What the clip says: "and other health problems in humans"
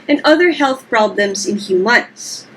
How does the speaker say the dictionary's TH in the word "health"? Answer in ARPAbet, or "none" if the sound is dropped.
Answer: TH